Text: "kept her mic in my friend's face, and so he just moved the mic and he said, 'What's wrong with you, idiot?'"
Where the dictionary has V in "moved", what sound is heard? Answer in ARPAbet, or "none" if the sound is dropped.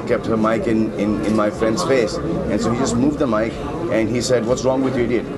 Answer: V